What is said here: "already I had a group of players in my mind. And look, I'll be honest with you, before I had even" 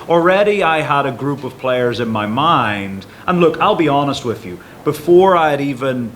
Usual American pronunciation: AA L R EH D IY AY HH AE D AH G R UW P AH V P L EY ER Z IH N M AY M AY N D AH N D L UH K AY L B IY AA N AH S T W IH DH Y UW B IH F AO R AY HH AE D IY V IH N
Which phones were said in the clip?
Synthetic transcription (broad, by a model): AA L R EH D IY AY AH D AH G R UW P AH V P L EY ER Z IH N M AY M AY N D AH N L UH K AY L B IY AA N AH S T W IH DH Y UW B IH F AO R AY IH D IY V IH N